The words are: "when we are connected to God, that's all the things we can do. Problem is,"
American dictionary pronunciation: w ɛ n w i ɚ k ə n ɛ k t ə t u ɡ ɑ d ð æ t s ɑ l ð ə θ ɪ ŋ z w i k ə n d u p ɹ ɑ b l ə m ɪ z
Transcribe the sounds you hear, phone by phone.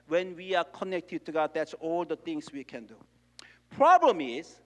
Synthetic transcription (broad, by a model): w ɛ n w i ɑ k ə n ɛ k t ə t u ɡ ɑ d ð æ t s ɑ l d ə t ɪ ŋ s w i k ə n d u p ɹ ɑ b l ə m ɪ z